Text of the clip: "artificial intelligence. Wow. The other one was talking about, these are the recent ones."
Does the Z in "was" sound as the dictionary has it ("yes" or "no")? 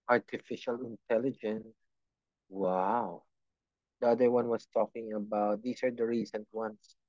no